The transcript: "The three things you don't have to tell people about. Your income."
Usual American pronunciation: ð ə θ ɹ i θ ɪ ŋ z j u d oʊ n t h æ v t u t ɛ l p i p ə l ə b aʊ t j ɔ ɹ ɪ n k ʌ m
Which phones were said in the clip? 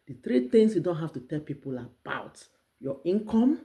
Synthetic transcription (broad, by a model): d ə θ ɹ i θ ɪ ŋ s j u d oʊ n t h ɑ f t u t ɛ l p i p ə l ə b aʊ t j ɔ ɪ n k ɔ m